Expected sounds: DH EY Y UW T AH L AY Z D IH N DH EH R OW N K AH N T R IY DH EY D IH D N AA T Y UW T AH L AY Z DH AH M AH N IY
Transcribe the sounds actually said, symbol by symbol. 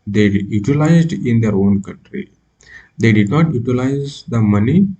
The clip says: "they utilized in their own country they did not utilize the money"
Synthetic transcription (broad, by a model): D EY Y UW T AH L AY Z D IH N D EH R OW N K AH N T R IY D EY D IH D N AA T Y UW T AH L AY Z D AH M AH N IY